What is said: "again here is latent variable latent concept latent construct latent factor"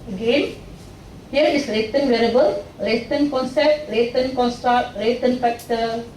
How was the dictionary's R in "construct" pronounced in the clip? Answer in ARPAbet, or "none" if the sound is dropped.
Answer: R